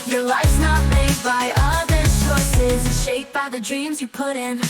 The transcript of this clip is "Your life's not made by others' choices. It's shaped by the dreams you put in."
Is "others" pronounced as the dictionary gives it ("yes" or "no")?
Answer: no